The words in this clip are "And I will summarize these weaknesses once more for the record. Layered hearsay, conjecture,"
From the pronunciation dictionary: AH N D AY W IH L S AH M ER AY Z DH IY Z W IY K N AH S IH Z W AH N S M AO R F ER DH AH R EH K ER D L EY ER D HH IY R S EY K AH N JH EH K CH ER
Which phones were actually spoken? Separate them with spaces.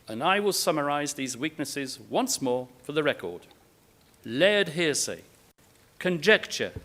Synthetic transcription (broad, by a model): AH N AY W IH L S AH M ER AY Z DH IY Z W IY K N AH S IH Z W AH N S M AO R F ER DH AH R EH K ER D L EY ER D HH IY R S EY K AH N JH EH K CH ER